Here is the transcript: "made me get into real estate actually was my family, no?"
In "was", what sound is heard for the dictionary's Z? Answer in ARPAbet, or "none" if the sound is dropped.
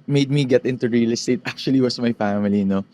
S